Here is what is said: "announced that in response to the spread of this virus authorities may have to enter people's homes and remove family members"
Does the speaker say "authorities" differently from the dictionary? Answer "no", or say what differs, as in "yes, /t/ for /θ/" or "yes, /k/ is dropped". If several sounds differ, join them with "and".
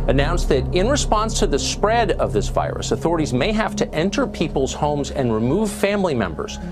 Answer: no